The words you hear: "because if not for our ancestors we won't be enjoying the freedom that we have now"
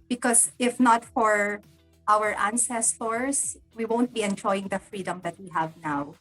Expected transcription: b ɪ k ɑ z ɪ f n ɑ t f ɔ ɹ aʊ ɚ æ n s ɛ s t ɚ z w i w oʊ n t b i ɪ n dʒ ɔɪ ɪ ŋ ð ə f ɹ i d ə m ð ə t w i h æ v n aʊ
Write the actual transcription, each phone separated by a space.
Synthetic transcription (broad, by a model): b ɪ k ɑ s ɪ f n ɑ t f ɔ ɹ aʊ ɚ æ n s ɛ s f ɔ s w i w oʊ n t b i ɪ n dʒ ɔɪ ɪ ŋ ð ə f ɹ i d ə m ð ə t w i h æ v n aʊ